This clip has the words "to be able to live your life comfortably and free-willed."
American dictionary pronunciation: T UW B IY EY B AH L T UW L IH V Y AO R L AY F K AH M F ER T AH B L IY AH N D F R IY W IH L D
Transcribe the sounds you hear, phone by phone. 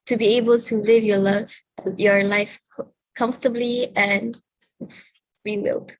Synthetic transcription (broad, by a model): T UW B IY EY B AH L T UW L IH V Y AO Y L AY F K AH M F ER T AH B L IY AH N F R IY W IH L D